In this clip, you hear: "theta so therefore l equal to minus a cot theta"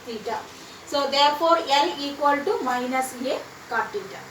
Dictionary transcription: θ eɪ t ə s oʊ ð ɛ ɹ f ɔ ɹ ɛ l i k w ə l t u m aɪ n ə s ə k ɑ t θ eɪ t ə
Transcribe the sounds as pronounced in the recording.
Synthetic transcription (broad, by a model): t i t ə s oʊ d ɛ ɹ p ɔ ɹ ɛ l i k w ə l t u m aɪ n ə s ə k ɑ t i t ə